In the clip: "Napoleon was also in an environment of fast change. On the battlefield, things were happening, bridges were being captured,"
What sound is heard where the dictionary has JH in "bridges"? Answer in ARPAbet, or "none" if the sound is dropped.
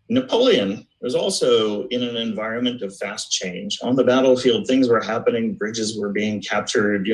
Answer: JH